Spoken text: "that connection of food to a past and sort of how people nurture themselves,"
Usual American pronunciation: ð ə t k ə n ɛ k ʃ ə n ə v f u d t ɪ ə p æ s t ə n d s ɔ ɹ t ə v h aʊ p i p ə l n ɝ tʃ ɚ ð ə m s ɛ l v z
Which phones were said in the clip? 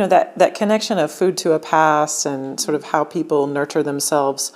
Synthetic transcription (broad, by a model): ð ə t k ə n ɛ k ʃ ə n ə v f u d t ɪ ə p æ s ə n s ɔ ɹ t ə v h aʊ p i p l n ɝ tʃ ɚ ð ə m s ɛ l v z